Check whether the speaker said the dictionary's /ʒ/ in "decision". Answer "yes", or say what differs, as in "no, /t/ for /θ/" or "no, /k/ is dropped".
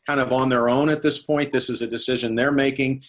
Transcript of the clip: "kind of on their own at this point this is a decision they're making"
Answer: yes